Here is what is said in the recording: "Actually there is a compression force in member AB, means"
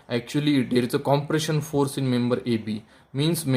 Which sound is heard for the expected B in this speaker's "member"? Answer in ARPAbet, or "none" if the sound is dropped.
B